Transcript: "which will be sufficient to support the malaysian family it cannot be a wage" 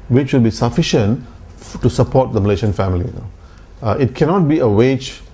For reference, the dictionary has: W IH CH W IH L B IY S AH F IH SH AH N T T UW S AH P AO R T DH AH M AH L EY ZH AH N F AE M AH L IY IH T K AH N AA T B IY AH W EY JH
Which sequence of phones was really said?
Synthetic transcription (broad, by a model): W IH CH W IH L B IY S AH F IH SH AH N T T UW S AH P AO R T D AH M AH L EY SH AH N F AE M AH N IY IH T K AH N AA T B IY AH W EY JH